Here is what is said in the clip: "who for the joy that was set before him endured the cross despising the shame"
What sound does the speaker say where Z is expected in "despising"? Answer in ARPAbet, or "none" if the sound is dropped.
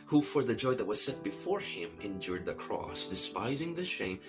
Z